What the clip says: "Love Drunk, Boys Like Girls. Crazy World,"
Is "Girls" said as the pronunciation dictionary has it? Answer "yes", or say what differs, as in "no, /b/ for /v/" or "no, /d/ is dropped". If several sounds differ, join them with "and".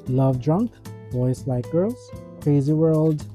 no, /l/ is dropped